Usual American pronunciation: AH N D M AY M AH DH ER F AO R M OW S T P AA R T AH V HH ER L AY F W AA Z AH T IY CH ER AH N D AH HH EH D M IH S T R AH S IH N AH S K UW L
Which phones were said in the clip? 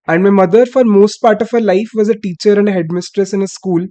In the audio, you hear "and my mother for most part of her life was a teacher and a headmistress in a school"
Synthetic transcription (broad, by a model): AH N D M AY M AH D ER F AO R M OW S T P AA R T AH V HH ER L AY F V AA Z AH T IY CH ER AH N D AH HH EH D M IH S T R AH S IH N AH S K UW L